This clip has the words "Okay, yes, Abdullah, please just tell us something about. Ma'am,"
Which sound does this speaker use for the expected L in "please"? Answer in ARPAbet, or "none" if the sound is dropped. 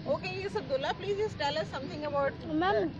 L